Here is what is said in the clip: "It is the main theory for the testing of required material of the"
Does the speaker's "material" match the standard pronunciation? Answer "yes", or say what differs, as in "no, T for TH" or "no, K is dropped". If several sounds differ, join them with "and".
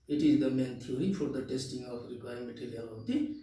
no, L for R